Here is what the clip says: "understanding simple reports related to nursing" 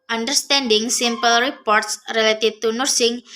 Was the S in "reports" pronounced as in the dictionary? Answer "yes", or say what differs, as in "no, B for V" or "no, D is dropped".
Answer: yes